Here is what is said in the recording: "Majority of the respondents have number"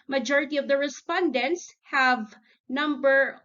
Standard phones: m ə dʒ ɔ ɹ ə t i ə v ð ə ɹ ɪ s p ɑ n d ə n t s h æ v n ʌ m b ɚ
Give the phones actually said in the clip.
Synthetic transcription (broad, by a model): m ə dʒ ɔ ɹ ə t i ə v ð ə ɹ ɪ s p ɑ n d ə n t s h æ v n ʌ m b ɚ